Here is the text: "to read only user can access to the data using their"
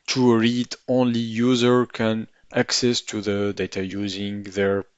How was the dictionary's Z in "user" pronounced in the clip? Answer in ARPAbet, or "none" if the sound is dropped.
Z